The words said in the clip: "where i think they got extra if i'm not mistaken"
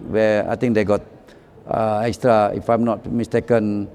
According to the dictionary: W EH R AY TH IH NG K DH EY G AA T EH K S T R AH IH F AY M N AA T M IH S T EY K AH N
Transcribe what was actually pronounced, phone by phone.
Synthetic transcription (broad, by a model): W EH AY T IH NG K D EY G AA T EH K S T R AH IH F AY M N AA T M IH S T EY K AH N